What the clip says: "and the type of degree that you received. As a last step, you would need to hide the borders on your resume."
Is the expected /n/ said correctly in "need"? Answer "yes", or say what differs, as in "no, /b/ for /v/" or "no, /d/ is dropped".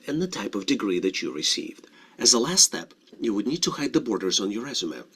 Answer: yes